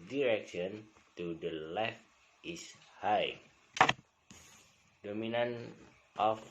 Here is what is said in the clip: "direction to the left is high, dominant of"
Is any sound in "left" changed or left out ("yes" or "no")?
no